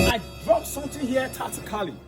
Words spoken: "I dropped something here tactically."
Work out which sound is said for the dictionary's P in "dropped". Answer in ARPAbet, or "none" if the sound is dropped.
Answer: none